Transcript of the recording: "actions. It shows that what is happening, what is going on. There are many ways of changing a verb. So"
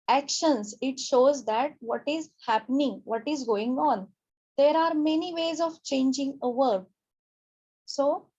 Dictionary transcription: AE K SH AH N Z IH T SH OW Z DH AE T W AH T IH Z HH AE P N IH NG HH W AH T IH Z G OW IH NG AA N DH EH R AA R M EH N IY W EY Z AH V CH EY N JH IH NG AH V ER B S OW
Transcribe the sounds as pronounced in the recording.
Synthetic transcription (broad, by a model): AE K SH AH N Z IH T SH OW Z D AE T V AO T IH Z HH AE P N IH NG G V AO T IH Z G OW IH NG AA N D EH R AA R M EH N IY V EY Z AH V CH EY N JH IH NG AH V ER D S OW